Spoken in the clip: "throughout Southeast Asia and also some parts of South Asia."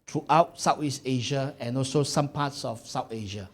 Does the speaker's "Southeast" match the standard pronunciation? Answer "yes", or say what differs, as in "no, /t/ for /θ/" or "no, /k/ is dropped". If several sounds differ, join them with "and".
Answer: no, /t/ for /θ/